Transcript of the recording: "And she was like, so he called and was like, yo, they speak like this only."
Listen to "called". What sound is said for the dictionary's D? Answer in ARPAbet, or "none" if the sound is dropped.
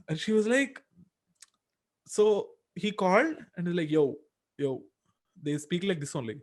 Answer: D